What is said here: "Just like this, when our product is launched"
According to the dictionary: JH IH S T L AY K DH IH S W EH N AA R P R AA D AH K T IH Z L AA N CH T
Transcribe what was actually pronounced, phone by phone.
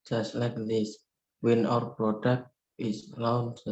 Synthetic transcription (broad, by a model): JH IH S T L AY K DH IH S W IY N AA R P R AA D AH K T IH S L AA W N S